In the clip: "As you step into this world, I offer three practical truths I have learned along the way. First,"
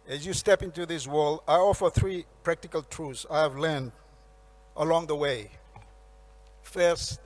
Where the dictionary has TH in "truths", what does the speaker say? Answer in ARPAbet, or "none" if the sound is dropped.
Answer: F